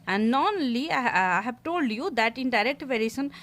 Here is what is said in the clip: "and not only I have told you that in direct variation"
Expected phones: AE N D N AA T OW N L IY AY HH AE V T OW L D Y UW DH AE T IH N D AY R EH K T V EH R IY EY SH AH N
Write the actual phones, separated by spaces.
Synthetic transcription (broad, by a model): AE N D N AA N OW L IY AY HH AE V T OW L D Y UW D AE T IH N D AY R EH K T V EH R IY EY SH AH N